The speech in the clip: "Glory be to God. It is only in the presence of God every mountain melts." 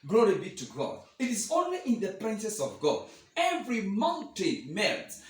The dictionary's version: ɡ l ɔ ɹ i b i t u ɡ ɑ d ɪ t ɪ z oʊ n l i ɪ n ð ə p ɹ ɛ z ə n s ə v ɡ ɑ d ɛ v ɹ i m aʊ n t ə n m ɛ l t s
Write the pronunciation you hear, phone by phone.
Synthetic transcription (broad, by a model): ɡ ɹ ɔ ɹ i b i t u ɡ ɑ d ɪ t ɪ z oʊ n l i ɪ n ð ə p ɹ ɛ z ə s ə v ɡ ɑ d ɛ v ɹ i m aʊ n t ə n m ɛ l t